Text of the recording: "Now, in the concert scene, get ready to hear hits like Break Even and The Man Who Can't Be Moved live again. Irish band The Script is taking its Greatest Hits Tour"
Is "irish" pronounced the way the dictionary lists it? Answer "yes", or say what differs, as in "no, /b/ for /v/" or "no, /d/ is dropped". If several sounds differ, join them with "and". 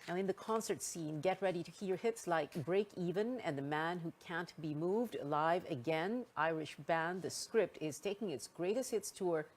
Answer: yes